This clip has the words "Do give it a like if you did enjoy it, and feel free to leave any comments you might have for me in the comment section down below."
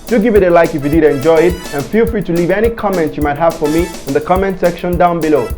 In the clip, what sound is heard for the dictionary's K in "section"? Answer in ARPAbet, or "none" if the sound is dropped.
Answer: K